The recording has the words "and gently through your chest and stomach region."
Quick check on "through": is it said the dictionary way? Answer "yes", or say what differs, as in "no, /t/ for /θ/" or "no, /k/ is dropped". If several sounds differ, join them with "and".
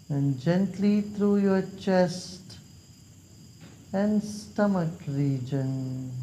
no, /t/ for /θ/